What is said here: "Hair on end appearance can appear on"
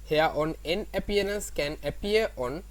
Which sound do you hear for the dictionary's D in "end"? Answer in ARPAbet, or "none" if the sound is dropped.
none